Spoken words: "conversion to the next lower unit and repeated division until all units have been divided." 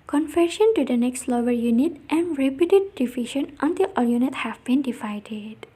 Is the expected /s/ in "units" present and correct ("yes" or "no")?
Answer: no